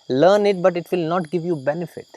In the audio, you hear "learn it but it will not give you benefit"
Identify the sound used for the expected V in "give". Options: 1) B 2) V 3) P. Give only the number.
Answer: 2